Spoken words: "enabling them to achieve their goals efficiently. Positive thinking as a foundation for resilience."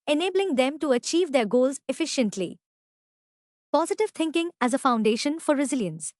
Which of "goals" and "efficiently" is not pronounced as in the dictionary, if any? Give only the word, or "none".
none